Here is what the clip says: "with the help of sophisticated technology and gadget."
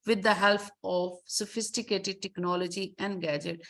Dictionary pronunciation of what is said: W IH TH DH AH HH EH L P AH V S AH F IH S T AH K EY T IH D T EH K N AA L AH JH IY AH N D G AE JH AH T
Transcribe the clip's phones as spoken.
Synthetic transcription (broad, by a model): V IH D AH HH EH L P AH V S AH F IH S T AH K EY T IH D T EH K N AA L AH JH IY AH N D G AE JH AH T